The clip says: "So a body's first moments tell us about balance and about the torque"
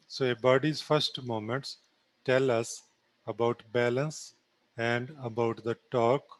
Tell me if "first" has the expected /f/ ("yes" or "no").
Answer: yes